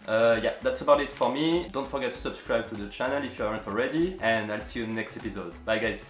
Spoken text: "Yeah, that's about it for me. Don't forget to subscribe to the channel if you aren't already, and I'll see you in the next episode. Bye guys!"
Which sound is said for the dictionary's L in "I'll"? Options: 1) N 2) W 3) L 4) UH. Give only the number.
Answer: 3